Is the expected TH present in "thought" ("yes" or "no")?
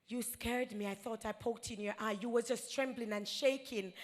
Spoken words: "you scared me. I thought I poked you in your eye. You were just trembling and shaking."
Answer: yes